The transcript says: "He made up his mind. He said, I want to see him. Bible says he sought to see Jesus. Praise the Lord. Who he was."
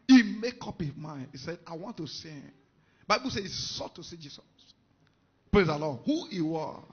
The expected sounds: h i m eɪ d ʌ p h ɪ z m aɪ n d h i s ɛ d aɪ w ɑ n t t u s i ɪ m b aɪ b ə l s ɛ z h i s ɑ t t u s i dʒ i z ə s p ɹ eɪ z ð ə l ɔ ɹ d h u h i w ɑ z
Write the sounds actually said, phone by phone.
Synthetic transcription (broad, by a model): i m eɪ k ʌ p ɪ m aɪ n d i s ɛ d aɪ w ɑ n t t u s i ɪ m b aɪ b ə l s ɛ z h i s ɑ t t u s i dʒ i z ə s p ɹ eɪ z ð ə l ɔ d h u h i w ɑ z